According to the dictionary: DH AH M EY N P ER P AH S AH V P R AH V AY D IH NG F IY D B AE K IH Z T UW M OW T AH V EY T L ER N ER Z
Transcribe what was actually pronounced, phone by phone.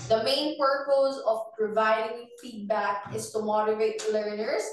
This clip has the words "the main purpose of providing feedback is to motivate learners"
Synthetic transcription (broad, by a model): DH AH M EY N P ER P AH S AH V P R AH V AY D IH NG F IY D B AE K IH S T UW M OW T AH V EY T L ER N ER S